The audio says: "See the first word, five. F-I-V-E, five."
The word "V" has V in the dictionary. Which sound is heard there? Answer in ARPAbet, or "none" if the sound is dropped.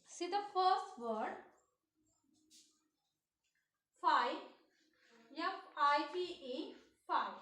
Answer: P